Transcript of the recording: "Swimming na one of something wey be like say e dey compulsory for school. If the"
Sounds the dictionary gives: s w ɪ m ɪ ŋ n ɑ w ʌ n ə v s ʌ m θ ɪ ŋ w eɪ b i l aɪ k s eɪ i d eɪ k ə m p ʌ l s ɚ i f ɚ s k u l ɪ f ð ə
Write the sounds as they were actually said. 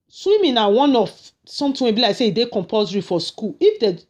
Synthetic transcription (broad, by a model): s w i m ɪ n ɑ w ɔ n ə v s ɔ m t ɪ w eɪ b i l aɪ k s eɪ i d eɪ k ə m p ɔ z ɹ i f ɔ s k u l ɪ f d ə